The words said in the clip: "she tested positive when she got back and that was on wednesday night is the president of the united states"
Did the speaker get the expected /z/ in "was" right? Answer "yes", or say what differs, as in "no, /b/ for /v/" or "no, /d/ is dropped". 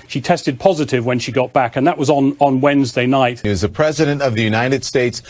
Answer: yes